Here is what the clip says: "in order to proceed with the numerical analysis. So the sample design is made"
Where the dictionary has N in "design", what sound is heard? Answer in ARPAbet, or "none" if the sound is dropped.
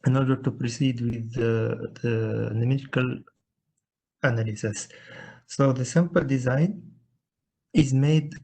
N